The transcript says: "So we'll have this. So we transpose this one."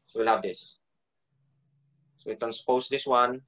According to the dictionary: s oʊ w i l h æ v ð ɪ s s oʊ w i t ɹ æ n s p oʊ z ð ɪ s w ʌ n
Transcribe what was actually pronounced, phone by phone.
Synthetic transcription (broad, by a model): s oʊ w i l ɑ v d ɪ s s oʊ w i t æ n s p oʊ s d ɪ s w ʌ n